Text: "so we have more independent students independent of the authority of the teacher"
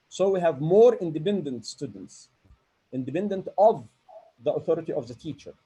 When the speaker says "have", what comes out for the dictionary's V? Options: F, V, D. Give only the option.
V